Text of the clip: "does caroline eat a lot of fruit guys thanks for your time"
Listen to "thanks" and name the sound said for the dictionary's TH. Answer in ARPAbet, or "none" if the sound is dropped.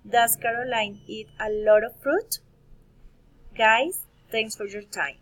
T